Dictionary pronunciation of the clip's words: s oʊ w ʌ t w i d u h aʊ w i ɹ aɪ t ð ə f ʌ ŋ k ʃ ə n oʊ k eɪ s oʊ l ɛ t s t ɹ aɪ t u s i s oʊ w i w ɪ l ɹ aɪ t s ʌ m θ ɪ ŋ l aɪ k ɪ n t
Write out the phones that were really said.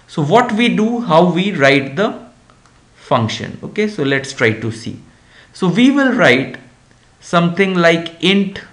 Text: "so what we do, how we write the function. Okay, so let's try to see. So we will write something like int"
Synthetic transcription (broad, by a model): s oʊ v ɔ t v i d u h aʊ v i ɹ aɪ t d ə f ʌ ŋ k ʃ ə n oʊ k eɪ s oʊ l ɛ t s t ɹ aɪ t u s i s oʊ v i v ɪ l ɹ aɪ t s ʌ m t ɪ ŋ l aɪ k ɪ n t